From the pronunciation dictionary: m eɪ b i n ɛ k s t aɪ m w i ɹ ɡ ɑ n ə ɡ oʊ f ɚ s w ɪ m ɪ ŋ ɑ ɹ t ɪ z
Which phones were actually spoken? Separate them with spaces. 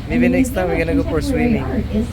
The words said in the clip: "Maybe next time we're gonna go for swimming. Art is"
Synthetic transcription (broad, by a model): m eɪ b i n ɛ k s t aɪ m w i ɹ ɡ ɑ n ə ɡ oʊ p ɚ s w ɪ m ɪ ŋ